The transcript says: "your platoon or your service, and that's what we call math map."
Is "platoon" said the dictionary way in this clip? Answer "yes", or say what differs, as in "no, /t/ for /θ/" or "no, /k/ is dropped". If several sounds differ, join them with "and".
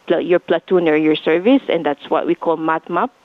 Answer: yes